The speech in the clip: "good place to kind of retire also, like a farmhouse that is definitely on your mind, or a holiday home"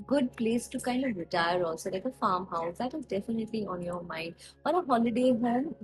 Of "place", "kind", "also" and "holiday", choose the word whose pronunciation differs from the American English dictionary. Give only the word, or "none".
none